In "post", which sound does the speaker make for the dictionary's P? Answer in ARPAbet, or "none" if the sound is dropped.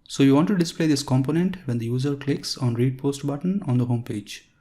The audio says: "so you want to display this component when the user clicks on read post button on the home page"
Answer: P